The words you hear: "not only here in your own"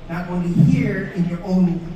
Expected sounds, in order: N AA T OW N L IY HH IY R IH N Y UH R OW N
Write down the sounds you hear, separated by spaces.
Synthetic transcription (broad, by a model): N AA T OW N IY HH IY R IH N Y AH R OW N